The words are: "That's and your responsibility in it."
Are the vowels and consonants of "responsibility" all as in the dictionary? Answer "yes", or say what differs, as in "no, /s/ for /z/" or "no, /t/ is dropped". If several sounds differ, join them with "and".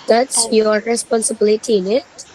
yes